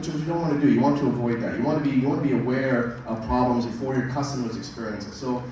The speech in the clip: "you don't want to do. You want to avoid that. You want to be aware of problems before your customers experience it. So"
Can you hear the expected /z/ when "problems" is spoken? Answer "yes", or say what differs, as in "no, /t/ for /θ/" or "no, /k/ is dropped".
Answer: yes